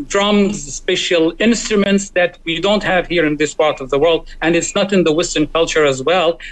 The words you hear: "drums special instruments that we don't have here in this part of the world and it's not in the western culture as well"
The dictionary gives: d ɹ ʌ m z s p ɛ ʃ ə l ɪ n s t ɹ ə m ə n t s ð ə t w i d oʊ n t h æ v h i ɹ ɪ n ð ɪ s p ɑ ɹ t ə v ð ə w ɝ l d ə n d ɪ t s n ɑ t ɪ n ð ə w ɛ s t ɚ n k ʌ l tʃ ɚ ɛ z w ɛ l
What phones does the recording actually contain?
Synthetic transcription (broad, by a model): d ɹ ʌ m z s p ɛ ʃ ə l ɪ n s t ɹ ə m ə n t s ð ə t w i d oʊ n t h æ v h i ɹ ɪ n ð ɪ s p ɑ ɹ t ə v ð ə w ɝ l d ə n ɪ t s n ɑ t ɪ n ð ə w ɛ s t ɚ n k ʌ l tʃ ɚ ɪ z w ɛ l